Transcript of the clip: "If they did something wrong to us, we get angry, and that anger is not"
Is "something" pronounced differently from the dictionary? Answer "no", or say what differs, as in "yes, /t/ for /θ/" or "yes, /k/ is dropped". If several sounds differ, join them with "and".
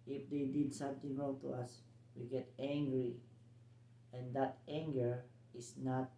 yes, /t/ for /θ/